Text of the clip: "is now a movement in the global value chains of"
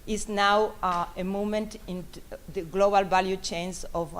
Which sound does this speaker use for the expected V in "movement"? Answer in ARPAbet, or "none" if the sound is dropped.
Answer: none